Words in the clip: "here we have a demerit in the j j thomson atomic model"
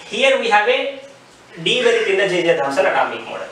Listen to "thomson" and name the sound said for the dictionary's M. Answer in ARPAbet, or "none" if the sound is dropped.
none